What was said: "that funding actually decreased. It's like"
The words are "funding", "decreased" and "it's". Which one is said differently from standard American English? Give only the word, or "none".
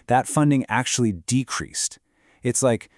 none